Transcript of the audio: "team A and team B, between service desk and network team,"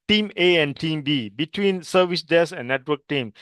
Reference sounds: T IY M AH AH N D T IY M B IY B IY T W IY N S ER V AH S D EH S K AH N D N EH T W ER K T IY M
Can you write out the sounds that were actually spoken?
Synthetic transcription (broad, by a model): T IY M AH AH N T IY M B IY B IY T W IY N S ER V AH S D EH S AH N N EH T W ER K T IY M